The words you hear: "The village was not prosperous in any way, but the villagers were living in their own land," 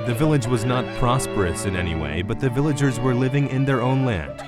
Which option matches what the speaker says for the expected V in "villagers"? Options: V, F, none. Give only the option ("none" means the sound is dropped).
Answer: V